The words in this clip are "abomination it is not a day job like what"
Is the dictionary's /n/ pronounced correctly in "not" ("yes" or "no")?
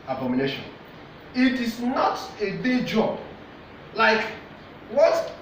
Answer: yes